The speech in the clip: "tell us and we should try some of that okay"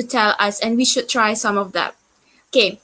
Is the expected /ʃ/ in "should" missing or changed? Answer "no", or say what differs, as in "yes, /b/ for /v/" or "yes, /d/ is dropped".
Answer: no